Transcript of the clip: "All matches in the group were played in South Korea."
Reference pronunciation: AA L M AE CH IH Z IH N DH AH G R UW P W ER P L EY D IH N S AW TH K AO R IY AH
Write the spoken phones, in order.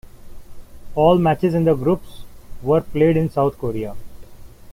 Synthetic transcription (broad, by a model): AA L M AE CH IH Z IH N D AH G R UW P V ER P L EY D IH N S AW T K AO R IY AH